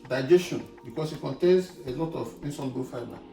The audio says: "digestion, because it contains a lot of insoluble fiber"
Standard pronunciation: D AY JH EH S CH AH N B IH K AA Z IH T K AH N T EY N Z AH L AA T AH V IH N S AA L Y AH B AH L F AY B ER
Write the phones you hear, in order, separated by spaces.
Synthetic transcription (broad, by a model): D AY JH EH S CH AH N B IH K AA S IH T K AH N T EY N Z AH L AA T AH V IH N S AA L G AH F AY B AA